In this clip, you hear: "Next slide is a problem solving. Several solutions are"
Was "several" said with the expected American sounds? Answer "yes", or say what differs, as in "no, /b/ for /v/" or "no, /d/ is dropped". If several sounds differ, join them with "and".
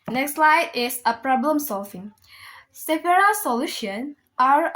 no, /p/ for /v/